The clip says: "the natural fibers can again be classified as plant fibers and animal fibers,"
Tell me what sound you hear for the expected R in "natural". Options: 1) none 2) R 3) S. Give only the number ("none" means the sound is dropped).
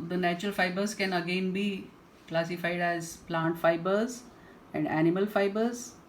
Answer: 2